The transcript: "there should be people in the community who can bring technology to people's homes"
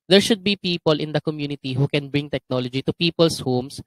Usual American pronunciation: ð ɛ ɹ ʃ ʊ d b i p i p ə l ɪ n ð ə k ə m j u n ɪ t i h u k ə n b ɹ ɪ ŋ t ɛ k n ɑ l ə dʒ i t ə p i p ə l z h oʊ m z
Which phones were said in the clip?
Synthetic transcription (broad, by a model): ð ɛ ɹ ʃ ʊ d b i p i p ə l ɪ n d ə k ə m j u n ɪ t i h u k ə n b ɹ ɪ ŋ t ɛ k n ɑ l ə dʒ i t ə p i p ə l s h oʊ m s